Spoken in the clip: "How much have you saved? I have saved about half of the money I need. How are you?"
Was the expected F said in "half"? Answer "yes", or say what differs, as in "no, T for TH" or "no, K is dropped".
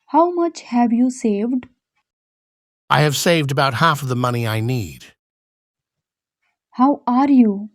yes